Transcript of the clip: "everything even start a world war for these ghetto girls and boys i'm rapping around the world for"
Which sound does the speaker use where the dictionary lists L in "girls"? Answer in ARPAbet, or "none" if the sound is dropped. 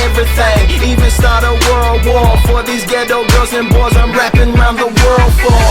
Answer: none